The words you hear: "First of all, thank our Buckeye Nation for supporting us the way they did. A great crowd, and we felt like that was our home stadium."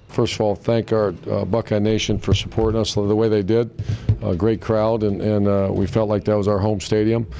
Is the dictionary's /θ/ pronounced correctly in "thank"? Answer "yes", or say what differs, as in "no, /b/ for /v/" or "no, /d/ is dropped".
yes